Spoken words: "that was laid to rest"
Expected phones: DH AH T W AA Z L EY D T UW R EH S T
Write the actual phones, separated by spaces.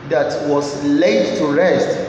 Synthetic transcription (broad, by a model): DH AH T W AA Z L EY D T UW R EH S T